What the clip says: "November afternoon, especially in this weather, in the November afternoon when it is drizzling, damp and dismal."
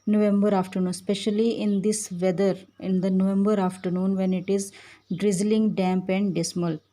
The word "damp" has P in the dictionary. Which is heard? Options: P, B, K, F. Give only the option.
P